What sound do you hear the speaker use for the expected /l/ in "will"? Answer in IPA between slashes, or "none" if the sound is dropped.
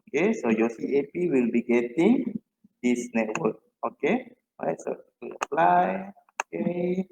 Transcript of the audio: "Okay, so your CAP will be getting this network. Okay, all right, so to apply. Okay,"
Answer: /l/